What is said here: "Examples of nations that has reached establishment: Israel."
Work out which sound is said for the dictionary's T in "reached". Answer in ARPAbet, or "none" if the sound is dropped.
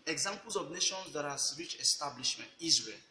none